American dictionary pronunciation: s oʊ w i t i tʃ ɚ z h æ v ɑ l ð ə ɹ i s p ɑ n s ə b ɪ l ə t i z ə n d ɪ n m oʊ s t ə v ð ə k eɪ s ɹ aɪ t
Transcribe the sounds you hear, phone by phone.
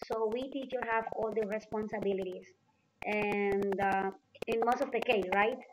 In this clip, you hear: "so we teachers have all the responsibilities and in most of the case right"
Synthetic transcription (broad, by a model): s oʊ w i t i tʃ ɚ h æ v ɑ l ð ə ɹ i s p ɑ n s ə b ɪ l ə t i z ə n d ɪ n m oʊ s t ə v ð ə k eɪ s ɹ aɪ t